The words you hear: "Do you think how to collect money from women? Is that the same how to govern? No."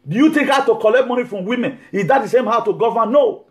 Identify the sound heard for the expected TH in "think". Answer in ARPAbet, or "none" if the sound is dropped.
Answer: T